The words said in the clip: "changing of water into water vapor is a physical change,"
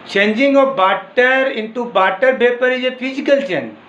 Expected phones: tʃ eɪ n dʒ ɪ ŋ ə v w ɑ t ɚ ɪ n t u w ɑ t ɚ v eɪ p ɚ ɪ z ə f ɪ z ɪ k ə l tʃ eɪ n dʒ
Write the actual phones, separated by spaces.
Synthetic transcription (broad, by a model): tʃ eɪ n dʒ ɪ ŋ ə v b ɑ t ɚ ɪ n t u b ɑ t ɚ p eɪ p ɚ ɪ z ə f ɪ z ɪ k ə l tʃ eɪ n